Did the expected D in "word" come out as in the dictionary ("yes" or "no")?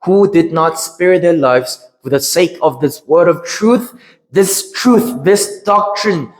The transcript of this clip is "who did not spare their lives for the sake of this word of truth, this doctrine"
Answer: yes